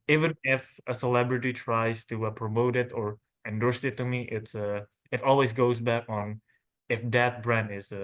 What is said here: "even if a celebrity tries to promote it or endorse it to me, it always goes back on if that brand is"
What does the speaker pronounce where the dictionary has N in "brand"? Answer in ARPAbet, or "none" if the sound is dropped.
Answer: N